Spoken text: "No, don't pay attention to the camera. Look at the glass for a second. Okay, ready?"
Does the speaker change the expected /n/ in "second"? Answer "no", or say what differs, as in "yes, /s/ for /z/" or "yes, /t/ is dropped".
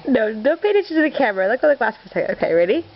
yes, /n/ is dropped